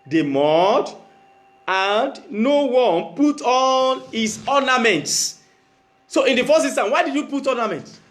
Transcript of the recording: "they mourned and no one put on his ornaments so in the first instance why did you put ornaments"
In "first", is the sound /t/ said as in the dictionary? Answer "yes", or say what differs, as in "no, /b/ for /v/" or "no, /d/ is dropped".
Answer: no, /t/ is dropped